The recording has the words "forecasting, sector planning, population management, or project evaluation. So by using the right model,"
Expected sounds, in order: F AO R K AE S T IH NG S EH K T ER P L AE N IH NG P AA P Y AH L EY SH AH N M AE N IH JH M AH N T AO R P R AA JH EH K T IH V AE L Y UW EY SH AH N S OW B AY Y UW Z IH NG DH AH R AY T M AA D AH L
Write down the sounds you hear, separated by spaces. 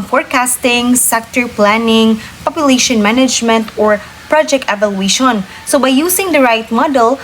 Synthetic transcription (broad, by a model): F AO R K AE S T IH NG S EH K T ER P L AE N IH NG P AA P Y AH L EY SH AH N M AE N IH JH M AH N T AO R P R AA JH EH K T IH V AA L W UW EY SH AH N S OW B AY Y UW S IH NG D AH R AY T M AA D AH L